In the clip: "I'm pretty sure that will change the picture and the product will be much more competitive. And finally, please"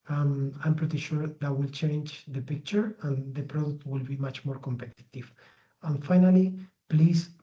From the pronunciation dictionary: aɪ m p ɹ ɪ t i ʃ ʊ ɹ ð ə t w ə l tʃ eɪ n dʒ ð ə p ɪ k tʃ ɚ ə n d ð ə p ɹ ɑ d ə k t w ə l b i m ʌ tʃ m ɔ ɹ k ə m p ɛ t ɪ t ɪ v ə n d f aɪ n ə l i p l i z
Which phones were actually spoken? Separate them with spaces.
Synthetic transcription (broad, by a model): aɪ m p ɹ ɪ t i ʃ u ɹ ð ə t w ə l tʃ eɪ n dʒ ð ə p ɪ k tʃ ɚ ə n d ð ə p ɹ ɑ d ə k t w ə l b i m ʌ tʃ m ɔ ɹ k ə m p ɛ t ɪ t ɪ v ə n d f aɪ n ə l i p l i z